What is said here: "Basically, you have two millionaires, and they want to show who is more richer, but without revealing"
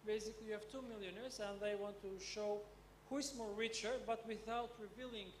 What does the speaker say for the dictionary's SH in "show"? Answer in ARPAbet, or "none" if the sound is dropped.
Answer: SH